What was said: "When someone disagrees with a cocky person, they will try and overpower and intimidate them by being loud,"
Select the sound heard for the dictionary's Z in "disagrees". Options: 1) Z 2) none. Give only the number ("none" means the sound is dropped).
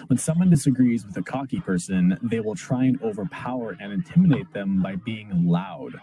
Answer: 1